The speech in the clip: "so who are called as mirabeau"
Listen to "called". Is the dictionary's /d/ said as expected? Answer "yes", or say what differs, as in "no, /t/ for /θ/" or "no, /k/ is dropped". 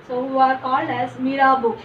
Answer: no, /d/ is dropped